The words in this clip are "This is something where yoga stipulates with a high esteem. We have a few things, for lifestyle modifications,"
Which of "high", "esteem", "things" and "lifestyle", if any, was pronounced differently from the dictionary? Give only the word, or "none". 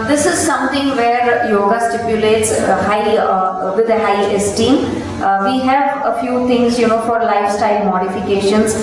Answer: things